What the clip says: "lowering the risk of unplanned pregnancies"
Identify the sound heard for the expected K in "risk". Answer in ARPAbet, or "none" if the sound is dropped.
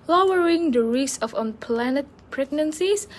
none